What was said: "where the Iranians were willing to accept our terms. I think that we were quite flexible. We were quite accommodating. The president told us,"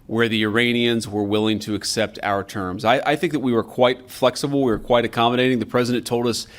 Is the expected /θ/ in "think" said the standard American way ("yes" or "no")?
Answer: yes